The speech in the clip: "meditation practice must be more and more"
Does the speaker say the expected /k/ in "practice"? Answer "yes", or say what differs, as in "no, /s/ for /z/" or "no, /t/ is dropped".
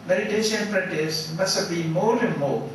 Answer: no, /k/ is dropped